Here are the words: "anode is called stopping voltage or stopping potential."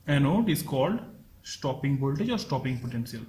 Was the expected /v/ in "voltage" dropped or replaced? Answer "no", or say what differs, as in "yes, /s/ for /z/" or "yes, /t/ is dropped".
yes, /b/ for /v/